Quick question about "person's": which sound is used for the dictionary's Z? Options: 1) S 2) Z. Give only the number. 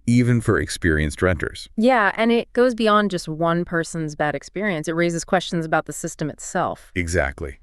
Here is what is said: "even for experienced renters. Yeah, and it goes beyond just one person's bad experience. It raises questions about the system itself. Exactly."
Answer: 2